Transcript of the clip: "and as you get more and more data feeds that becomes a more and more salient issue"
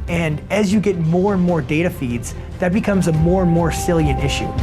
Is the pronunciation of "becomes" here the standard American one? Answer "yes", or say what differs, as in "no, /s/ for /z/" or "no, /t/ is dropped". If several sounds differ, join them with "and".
yes